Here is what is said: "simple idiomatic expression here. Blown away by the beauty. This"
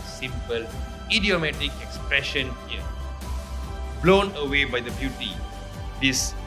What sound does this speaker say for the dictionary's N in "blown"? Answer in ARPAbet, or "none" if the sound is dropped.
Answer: N